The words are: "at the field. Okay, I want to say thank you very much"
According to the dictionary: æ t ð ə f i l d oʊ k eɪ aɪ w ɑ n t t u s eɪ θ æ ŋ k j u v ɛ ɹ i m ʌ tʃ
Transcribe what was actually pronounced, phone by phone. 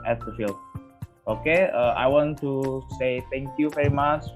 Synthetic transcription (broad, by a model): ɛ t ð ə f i l oʊ k eɪ aɪ w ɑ n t t u s eɪ t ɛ ŋ k j u v ɛ ɹ i m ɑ tʃ